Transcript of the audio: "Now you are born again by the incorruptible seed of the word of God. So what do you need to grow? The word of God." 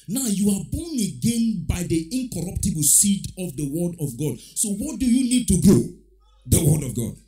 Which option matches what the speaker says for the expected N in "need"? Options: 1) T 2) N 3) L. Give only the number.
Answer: 2